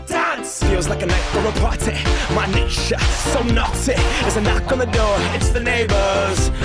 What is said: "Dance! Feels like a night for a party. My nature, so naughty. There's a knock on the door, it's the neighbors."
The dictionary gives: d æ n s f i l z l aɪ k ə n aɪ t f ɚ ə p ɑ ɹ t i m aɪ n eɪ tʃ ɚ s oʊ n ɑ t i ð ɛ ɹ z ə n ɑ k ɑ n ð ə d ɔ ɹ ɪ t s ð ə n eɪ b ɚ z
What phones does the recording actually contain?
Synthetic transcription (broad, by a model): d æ n s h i w z l aɪ k ə n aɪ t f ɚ ə p ɑ ɹ t i m aɪ n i ʃ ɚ s oʊ n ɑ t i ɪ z ə n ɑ k n ð ə d ɔ ɹ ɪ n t ð ə n eɪ b ɚ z